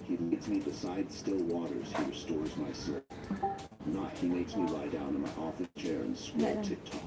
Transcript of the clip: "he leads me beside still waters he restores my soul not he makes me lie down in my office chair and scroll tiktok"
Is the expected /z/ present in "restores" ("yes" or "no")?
yes